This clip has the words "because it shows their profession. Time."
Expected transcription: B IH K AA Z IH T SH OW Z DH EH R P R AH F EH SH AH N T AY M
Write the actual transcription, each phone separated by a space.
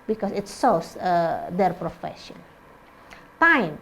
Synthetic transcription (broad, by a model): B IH K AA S IH T S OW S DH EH R P R AH F EH SH AH N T AY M